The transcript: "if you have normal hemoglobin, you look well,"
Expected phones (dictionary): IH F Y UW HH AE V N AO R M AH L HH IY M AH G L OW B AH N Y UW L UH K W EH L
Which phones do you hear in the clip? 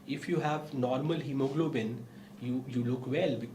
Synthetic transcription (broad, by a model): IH F Y UW HH AE V N AO R M AH L HH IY M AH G L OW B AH N Y UW L UH K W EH L